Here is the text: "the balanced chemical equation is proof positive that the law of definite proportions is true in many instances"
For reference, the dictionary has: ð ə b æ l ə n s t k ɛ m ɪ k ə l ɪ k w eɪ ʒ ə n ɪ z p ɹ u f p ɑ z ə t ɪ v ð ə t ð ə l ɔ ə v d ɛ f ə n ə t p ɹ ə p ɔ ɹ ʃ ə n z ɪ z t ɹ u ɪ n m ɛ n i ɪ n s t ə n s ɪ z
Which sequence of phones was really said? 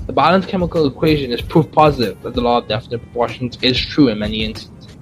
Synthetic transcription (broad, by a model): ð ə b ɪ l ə n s k ɛ m ɪ k ə l ɪ k w eɪ ʒ ə n ɪ z p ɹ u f p ɑ z ə t ɪ v ð ə t ð ə l ɔ ə v d ɛ f ə n ə t p ɹ ə p ɔ ɹ ʃ ə n z ɪ z t ɹ u ɪ n m ɛ n i ɪ n s t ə n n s